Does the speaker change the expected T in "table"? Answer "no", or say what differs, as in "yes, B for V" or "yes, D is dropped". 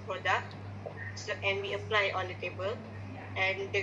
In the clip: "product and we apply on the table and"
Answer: no